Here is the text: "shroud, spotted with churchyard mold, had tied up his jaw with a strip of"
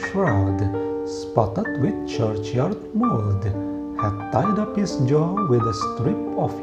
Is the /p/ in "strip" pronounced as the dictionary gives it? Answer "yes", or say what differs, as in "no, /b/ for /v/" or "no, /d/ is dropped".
yes